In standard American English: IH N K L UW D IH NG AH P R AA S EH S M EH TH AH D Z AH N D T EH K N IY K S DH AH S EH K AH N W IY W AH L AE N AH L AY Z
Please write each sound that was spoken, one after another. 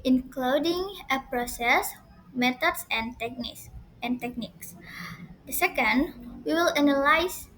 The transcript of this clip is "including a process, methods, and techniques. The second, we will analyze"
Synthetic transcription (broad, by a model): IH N K L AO D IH NG AH P R AA S EH S M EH T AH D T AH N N T EH K N IY K S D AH S EH K AH N W IY W AH L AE N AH L AY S